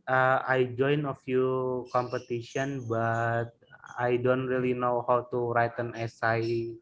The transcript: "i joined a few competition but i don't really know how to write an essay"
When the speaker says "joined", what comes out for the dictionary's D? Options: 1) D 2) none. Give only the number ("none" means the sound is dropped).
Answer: 2